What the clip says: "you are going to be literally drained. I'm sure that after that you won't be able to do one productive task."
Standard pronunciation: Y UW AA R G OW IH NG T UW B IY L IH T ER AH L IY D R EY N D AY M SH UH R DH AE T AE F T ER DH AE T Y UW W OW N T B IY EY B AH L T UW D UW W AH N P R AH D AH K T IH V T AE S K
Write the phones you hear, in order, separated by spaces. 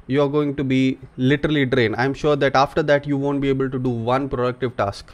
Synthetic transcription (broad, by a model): Y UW AA R G OW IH NG T UW B IY L IH T ER AH L IY D R EY N D AY M SH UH R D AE T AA F T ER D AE T Y UW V OW N T B IY EY B AH L T UW D UW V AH N P R AH D AH K T IH V T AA S K